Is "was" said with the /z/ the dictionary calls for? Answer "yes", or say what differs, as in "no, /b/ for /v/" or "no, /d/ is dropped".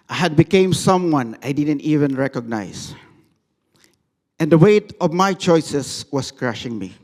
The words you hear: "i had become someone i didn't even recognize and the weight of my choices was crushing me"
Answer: no, /s/ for /z/